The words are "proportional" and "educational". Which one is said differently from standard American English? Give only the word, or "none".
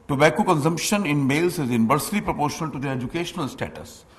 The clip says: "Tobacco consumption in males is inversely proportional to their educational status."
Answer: none